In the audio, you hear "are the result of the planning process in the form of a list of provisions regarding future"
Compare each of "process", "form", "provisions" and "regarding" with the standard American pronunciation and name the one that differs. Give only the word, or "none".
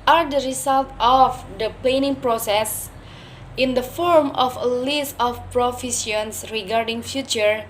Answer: provisions